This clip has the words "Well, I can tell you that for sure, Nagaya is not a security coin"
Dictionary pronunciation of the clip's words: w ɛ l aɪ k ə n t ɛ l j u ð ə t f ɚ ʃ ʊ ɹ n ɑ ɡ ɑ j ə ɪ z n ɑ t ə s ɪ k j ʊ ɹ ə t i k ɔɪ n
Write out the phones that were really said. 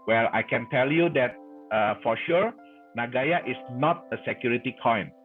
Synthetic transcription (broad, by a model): w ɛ l aɪ k ə n t ɛ l j u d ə t f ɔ ʃ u ɹ n ɑ ɡ ɑ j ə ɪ s n ɑ t ə s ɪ k j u ɹ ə t i k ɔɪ n